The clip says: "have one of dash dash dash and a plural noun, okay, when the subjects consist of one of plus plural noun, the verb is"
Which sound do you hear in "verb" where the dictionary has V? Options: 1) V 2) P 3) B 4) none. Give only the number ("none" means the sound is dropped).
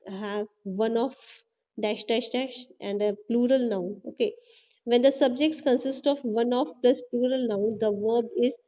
1